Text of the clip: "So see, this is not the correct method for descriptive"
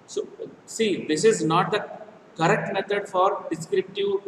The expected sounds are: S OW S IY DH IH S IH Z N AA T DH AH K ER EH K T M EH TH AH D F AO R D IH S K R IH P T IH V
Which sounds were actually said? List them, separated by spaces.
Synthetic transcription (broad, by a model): S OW S IY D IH S IH Z N AA T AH K ER EH K T M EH T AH D F AO R D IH S K R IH P T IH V